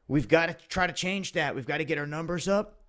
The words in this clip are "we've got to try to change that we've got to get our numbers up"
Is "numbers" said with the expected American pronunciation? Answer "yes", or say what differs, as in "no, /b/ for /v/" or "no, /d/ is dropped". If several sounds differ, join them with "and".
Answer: yes